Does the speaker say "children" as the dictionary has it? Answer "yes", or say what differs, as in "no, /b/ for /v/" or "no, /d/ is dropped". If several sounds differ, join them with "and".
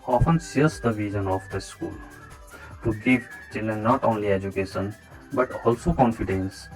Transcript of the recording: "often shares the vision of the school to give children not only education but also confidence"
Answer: no, /ɹ/ is dropped